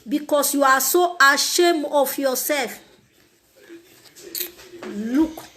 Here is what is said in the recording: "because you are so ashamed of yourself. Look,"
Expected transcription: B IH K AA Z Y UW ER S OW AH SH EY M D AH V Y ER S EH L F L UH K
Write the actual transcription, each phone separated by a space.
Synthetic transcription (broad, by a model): B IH K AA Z Y UW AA S OW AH SH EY M AH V Y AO S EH L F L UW K